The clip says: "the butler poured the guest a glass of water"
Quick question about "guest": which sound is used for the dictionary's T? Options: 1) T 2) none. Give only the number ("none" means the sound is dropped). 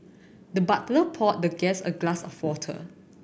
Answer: 2